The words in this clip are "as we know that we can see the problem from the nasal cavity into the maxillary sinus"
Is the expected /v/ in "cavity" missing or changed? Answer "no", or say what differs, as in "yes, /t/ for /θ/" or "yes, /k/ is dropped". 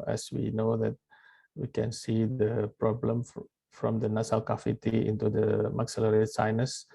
yes, /f/ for /v/